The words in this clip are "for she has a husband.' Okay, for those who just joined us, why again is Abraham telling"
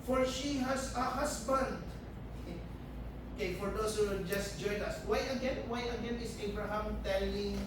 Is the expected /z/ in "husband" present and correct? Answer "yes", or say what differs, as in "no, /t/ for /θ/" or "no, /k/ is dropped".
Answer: no, /s/ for /z/